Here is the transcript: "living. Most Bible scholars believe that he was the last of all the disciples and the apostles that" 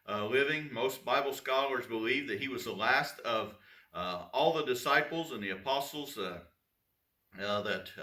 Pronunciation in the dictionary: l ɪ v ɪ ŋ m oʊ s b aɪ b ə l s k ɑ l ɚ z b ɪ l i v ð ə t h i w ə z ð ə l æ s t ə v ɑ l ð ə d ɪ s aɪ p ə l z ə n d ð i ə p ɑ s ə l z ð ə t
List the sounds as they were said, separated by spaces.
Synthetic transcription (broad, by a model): l ɪ v ɪ ŋ m oʊ s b aɪ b l s k ɑ l ɚ z b ɪ l i v ð ə t h i w ə z ð ə l æ s t ə v ɑ l ð ə d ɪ s aɪ p l z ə n ð i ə p ɑ s l z ð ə t